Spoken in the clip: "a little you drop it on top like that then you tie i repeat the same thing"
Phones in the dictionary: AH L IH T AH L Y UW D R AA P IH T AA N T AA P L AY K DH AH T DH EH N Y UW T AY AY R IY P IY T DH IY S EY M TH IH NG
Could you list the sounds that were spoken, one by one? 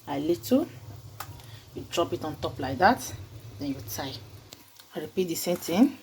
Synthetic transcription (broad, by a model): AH L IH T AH Y UW D R AA P IH T AA N T AA P L AY K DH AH T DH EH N Y UW T AY AY R IY P IY T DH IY S EY M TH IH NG